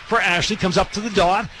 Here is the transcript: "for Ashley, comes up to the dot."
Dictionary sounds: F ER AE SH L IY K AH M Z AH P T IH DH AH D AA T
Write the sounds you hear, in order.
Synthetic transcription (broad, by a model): F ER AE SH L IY K AH M Z AH P T IH DH AH D AA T